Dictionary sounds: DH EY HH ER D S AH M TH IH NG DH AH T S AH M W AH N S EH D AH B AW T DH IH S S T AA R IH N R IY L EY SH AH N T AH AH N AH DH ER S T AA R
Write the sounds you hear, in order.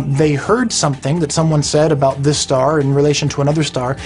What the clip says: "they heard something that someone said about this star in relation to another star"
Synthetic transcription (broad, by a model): DH EY HH ER D S AH M TH IH NG DH AH T S AH M W AH N S EH D AH B AW T DH IH S S T AA R IH N R IY L EY SH AH N T AH AH N AH DH ER S T AA R